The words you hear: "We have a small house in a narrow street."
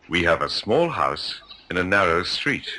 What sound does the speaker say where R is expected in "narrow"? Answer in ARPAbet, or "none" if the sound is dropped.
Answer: R